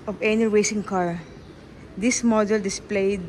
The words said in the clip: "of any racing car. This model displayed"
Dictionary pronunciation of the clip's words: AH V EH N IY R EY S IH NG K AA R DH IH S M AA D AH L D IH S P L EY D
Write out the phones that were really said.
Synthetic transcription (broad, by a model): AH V EH N IY W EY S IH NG K AA R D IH S M AA D AH L D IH S P L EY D